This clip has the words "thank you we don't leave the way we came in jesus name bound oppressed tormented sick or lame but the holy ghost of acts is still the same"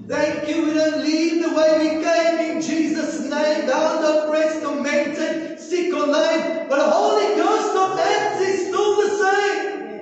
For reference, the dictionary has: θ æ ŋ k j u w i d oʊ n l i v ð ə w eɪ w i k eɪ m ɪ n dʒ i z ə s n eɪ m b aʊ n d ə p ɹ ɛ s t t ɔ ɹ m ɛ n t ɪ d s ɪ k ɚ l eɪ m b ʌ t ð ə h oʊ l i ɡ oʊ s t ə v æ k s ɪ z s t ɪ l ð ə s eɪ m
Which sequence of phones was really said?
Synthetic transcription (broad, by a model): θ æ ŋ k j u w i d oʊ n l i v ð ə w eɪ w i k eɪ m ɪ n dʒ i z ə s n eɪ m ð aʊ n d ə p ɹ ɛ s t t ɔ m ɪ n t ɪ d s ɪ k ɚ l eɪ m b ʌ t ð ə h oʊ l i ɡ oʊ s t ə v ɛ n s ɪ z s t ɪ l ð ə s eɪ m